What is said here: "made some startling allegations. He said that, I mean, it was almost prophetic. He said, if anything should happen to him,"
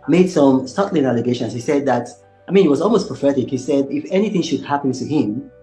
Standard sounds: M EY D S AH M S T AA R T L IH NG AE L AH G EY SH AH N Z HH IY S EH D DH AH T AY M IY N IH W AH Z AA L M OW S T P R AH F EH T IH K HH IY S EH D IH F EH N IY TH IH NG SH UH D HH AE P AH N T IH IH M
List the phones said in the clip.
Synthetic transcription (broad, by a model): M EY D S AH M S T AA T L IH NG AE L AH G EY SH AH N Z HH IY S EH D DH AH T AY M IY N IH W AH Z AA L M OW S P R AH F EH T IH K HH IY S EH D IH F EH N IY TH IH NG SH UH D HH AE P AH N T IH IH M